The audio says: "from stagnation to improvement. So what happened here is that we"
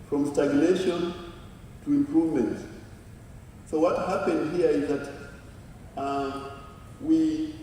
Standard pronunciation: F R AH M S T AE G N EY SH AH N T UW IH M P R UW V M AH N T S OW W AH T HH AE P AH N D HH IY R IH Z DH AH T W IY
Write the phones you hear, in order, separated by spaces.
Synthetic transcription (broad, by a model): F R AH M S T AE G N EY SH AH N T UW IH M P R UW V M AH N T S OW W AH T HH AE P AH N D HH IY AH IH Z DH AH T W IY